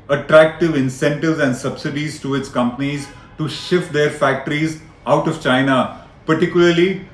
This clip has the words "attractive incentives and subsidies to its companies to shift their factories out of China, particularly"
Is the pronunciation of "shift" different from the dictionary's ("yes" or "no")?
no